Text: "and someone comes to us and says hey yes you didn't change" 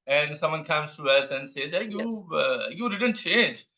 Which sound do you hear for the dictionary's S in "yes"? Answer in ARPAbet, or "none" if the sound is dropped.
none